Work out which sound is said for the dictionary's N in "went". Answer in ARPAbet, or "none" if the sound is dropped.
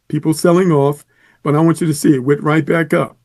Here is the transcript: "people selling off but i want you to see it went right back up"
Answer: none